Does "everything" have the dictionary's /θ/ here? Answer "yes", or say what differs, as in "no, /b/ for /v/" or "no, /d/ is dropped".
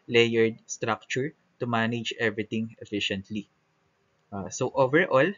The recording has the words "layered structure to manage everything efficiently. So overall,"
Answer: no, /t/ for /θ/